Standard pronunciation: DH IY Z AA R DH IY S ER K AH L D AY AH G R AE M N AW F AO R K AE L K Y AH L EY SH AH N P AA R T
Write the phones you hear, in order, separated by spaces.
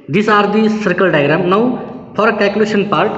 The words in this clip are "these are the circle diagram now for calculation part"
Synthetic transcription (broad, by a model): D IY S AA R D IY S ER K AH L D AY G R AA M N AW P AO R K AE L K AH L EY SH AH N P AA R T